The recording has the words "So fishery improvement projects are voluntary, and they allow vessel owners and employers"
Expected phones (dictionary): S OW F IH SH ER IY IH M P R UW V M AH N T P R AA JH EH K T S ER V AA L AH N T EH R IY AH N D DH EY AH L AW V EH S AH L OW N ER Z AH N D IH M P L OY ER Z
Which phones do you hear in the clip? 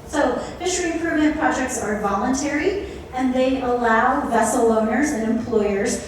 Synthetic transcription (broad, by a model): S OW F IH SH ER IY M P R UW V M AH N P R AA JH EH K T S ER V AA L AH N T EH R IY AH N DH EY AH L AW V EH S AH L OW N ER Z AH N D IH M P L OY ER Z